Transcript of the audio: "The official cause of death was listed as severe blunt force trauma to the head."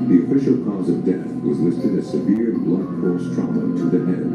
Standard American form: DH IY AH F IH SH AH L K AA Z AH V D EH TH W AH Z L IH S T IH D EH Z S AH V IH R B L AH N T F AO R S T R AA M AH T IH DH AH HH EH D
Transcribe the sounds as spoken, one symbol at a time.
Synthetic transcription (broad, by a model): DH IY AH F IH SH L K AA Z AH V D EH TH W AH Z L IH S T IH D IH S AH V IH R B L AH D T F AO R S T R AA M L T IH DH AH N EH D